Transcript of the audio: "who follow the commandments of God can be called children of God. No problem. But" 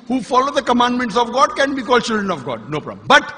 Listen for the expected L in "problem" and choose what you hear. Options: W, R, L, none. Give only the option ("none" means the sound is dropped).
none